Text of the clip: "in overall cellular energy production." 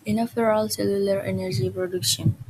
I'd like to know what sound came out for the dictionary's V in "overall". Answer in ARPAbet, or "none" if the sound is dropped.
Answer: F